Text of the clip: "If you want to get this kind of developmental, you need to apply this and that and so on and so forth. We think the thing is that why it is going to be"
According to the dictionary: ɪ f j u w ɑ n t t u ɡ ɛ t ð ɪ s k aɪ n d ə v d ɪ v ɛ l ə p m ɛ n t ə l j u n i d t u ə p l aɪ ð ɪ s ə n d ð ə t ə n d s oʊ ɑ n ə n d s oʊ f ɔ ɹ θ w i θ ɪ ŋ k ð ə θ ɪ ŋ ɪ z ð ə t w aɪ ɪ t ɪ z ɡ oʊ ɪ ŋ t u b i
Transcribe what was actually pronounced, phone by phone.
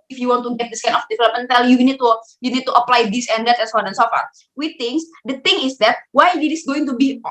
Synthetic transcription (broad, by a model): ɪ f j u w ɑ n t t u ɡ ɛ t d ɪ s k aɪ n ə f d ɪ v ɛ l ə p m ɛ n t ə l j u n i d t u ə p l aɪ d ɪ s ə n d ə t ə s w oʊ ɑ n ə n s oʊ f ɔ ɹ w i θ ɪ ŋ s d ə t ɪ ŋ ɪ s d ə t w aɪ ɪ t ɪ s ɡ oʊ ɪ ŋ t u b i